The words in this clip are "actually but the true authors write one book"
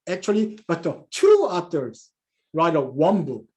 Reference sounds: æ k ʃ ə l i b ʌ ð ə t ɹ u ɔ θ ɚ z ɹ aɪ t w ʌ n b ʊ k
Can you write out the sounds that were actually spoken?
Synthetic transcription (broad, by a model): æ k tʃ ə l i b ʌ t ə t u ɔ t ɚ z ɹ aɪ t w ʌ n b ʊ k